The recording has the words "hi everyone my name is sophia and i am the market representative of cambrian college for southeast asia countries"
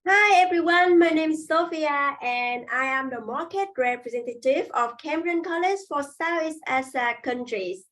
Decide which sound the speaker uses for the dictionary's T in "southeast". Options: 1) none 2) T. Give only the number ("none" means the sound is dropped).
1